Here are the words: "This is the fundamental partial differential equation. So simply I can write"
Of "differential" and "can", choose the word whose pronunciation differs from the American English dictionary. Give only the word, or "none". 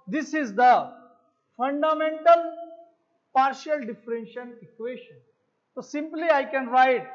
differential